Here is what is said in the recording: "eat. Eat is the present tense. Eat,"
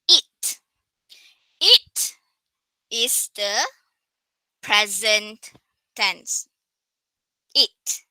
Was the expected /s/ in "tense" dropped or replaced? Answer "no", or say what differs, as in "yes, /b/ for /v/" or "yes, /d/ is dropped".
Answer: no